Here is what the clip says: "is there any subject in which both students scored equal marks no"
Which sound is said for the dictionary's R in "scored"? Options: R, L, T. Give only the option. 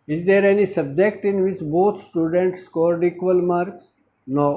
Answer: R